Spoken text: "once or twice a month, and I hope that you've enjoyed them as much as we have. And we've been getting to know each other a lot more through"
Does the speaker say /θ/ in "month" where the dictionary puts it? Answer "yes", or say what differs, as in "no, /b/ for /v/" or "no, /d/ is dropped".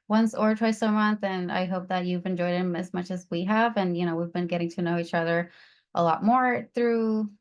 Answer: yes